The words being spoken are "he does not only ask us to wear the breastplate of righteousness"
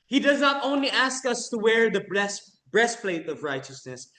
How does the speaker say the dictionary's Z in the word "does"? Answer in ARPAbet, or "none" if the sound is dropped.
Z